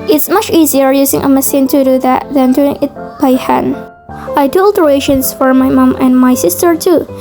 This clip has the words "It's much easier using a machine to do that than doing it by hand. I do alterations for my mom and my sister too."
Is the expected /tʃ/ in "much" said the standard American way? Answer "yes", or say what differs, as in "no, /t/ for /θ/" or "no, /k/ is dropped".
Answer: yes